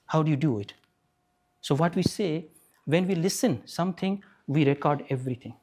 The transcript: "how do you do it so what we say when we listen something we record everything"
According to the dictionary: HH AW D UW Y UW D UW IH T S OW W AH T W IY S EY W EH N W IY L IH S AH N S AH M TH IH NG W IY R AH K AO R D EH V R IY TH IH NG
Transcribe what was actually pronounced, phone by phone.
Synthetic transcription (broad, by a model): HH AW D UW Y UW D UW IH T S OW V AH T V IY S EY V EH N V IY L IH S AH N S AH M T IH NG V IY R AH K AO R D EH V R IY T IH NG